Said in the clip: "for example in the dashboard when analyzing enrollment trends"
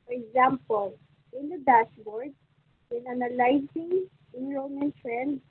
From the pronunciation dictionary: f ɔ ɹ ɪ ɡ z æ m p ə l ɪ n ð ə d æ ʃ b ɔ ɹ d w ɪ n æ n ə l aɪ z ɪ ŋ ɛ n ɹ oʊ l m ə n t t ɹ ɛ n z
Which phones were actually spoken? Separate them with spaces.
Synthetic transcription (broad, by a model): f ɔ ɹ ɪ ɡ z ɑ m p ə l ɪ n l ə d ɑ s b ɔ ɹ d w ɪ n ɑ n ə l aɪ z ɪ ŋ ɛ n ɹ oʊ m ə n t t ɹ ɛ n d